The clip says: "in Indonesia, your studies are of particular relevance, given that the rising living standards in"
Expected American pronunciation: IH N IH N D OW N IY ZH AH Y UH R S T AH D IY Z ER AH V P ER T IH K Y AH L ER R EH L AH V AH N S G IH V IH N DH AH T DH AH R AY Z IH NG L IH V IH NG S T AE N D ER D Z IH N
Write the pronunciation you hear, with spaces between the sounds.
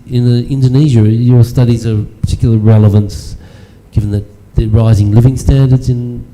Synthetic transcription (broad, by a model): IH N IH N D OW N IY ZH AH Y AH R S T AH D IY Z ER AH P P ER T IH K Y L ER R EH L AH V AH N S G IH V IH N DH AH T DH AH R AY Z IH NG L IH V IH NG S T AE N D ER D Z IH N